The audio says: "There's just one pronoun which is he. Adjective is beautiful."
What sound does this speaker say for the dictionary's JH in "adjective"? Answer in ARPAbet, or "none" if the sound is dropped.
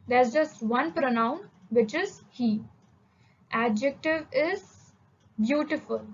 JH